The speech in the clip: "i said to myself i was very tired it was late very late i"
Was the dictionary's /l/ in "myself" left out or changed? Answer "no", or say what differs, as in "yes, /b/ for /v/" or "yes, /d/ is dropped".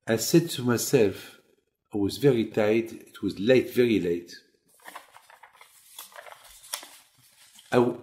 no